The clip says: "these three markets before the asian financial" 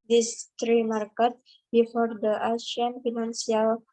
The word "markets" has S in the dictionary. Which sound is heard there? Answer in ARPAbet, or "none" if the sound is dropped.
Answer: none